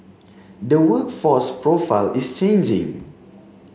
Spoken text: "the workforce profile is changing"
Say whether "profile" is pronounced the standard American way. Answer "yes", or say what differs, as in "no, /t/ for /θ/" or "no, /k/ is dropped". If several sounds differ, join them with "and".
yes